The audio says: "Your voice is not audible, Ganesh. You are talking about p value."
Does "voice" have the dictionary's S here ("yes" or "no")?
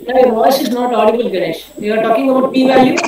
yes